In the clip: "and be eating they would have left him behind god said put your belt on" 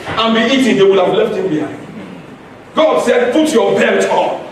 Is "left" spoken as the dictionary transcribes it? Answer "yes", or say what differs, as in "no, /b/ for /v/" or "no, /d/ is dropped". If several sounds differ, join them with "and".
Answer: yes